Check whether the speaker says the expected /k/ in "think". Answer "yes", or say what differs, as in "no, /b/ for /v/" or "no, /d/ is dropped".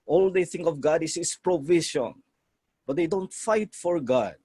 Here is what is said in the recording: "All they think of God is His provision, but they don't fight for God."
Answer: yes